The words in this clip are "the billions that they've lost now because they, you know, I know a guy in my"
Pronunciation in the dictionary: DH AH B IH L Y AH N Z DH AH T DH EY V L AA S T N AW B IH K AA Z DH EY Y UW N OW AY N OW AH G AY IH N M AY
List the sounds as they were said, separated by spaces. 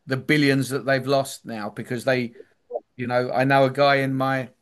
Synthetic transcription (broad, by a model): DH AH B IH L Y AH N Z DH AH T DH EY V L AA S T N AW B IH K AA Z DH EY Y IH N OW AY N OW AH G AY IH N M AY